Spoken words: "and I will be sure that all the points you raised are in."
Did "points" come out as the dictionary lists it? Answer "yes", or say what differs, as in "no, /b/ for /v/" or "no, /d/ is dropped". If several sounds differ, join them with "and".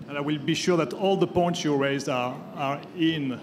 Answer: yes